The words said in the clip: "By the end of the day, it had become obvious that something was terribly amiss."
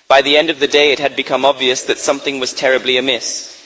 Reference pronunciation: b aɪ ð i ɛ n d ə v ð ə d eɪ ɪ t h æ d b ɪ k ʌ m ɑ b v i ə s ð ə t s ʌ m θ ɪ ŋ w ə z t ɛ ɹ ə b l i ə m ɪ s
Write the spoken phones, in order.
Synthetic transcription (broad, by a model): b aɪ ð i ɛ n d ə v ð ə d eɪ ɪ t h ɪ d b ɪ k ʌ m ɑ b v i ə s ð ə t s ʌ m θ ɪ ŋ w ə z t ɛ ɹ ə b l i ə m ɪ s